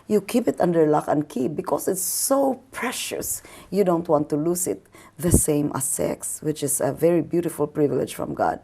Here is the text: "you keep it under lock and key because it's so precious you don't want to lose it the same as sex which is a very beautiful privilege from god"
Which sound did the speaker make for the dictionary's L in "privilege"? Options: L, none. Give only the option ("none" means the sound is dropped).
L